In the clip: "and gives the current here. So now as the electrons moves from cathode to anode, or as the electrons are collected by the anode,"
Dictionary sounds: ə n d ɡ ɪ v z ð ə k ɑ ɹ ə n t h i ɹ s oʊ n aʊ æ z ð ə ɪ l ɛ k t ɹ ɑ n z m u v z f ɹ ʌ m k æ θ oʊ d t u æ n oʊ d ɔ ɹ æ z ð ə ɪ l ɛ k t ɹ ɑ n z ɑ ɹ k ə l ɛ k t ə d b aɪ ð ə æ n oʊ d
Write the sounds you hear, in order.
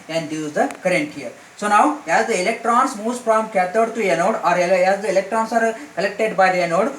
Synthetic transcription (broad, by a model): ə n d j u z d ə k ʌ ɹ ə n t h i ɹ s oʊ n aʊ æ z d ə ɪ l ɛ k t ɹ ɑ n s m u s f ɹ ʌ m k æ t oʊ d t u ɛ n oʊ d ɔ ɹ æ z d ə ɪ l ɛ k t ɹ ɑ n s ɑ ɹ k ə l ɛ k t ə d b aɪ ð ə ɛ n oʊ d